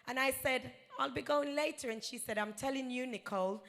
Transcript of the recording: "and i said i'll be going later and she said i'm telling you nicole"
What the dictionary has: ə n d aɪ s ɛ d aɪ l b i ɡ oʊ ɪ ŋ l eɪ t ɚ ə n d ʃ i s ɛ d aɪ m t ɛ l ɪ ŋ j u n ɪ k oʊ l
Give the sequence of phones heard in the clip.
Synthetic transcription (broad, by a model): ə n aɪ s ɛ d aɪ l b i ɡ oʊ ɪ ŋ l eɪ t ɚ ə n ʃ i s ɛ d aɪ m t ɛ l ɪ ŋ j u n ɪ k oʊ l